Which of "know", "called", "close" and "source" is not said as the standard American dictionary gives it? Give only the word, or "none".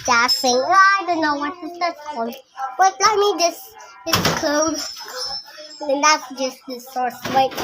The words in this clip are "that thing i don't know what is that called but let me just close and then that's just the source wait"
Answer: close